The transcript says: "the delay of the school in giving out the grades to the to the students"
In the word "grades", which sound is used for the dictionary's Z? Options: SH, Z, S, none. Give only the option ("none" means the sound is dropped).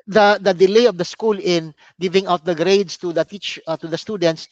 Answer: S